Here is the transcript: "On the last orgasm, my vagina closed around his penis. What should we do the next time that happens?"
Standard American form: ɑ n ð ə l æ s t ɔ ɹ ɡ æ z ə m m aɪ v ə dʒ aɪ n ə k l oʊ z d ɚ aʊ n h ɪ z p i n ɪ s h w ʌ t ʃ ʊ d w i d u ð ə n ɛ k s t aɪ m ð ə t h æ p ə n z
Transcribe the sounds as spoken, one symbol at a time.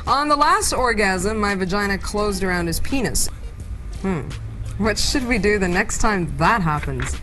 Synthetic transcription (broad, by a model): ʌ n ð ə l æ s t ɔ ɹ ɡ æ z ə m m aɪ v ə dʒ aɪ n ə k l oʊ z d ɚ aʊ n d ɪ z p i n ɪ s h w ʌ t ʃ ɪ d w i d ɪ ð ə n ɛ k s t aɪ m ð ə t h æ p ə n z